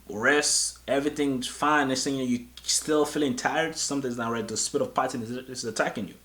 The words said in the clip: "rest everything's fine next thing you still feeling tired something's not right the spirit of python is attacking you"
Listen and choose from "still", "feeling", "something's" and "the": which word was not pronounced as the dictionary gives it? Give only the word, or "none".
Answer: something's